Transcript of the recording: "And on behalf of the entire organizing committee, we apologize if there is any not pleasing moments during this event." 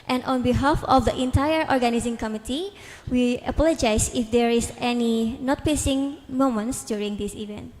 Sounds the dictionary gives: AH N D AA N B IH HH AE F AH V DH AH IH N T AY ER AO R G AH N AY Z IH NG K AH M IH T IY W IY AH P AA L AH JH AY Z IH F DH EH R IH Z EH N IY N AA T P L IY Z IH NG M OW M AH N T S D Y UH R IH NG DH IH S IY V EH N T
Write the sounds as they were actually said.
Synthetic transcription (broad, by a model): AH N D AA N B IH HH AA F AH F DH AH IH N T AY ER AO R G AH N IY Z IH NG K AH M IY T IY W IY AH P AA L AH JH AY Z IH F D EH R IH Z EH N IY N AA T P IY S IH NG M OW M AH N T S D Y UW R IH NG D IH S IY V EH N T